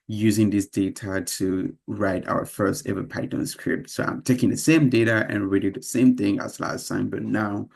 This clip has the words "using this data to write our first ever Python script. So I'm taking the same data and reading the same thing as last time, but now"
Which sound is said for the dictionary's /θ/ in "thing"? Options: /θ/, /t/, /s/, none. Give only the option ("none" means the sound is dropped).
/θ/